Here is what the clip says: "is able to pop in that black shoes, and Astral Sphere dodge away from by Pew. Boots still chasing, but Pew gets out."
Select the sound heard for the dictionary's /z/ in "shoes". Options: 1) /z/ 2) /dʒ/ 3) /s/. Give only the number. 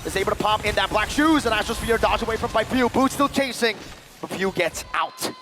1